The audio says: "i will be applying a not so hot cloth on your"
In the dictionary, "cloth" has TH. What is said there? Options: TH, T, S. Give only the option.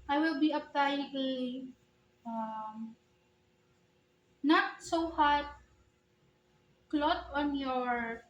T